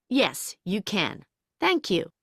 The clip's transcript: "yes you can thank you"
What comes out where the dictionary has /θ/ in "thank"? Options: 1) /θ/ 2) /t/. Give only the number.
1